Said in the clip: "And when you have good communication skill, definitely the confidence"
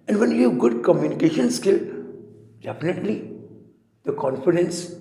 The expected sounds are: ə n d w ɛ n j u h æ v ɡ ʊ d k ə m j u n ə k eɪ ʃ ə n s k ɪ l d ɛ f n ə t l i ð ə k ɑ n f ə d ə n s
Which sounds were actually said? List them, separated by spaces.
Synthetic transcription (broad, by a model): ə n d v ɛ n j u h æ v ɡ ʊ d k ə m j u n ə k eɪ ʃ ə n s k ɪ l d ɛ f n ə t l i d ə k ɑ n f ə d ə n s